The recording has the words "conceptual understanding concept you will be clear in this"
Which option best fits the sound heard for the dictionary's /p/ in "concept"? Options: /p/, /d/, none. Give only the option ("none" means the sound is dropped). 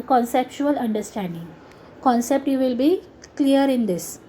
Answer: /p/